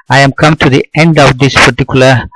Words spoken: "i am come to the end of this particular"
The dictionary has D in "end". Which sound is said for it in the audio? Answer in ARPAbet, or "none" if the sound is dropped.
D